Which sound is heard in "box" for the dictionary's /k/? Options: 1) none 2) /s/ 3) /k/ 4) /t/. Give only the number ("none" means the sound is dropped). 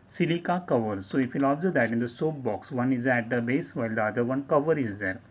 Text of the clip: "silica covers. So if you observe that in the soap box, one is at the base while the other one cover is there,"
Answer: 3